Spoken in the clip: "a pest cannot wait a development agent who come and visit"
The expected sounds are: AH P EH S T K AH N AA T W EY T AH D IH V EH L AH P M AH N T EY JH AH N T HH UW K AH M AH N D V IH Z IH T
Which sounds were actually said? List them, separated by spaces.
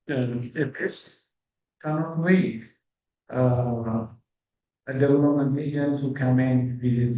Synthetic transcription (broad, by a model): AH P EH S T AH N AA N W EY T AH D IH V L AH M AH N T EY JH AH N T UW K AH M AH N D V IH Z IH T